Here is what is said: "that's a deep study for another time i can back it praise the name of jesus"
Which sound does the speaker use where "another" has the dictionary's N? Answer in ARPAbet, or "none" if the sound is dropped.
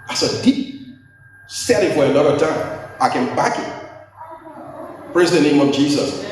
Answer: L